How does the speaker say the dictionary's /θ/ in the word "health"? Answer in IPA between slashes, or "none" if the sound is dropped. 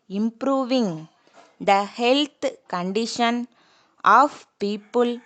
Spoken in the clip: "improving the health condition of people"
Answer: /t/